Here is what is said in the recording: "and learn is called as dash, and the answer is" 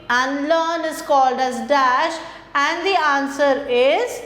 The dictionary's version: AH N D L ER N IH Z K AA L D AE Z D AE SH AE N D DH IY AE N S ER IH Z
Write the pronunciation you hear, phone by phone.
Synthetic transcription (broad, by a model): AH N L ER N IH Z K AA L D AE Z D AE SH AE N D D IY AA N S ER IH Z